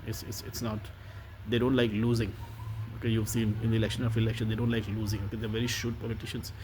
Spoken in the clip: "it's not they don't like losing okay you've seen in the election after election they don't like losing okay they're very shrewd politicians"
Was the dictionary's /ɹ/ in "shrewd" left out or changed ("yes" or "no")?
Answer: yes